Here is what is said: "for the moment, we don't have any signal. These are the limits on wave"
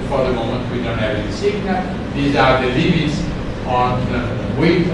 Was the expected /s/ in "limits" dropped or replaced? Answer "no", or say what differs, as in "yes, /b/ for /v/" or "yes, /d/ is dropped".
no